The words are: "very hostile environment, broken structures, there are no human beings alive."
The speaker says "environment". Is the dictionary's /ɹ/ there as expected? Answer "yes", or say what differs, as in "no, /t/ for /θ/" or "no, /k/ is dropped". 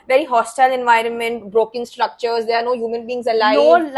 yes